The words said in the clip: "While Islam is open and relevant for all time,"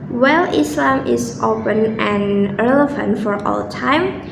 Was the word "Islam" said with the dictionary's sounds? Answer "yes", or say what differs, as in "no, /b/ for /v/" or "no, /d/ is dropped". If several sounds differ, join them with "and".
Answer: yes